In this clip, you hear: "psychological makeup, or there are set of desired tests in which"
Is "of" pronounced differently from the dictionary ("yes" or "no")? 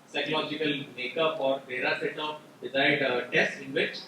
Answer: yes